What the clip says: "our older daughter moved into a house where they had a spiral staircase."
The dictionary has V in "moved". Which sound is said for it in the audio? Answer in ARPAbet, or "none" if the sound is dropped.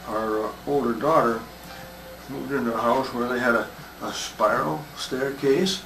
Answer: none